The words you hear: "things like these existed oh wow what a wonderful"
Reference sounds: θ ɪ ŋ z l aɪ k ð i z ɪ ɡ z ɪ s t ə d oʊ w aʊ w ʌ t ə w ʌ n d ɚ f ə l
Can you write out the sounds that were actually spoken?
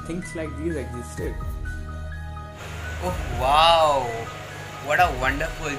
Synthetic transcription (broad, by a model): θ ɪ ŋ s l aɪ k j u ɪ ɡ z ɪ s t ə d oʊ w aʊ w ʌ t ə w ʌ n d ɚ f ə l